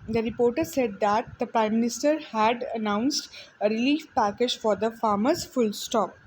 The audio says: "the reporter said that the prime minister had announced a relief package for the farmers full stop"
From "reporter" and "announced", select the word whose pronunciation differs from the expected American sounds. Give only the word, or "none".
none